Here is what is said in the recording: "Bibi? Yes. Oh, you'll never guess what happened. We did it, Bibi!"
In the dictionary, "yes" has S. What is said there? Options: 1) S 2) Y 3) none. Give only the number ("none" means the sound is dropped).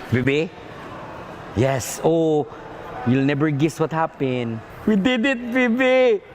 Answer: 1